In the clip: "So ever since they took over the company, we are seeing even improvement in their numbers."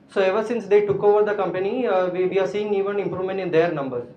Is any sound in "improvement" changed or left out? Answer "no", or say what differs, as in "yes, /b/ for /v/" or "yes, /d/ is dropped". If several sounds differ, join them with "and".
no